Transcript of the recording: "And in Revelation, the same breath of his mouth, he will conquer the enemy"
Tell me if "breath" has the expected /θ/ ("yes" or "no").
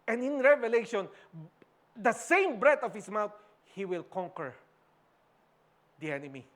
no